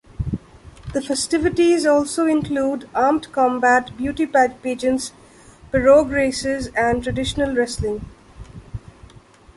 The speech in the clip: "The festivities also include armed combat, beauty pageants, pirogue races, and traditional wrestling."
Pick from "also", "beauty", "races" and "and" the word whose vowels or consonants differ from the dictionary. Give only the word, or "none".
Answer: none